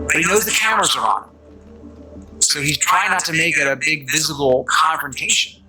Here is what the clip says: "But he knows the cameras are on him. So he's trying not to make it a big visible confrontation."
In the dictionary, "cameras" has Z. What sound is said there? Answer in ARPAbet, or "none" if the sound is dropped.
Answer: Z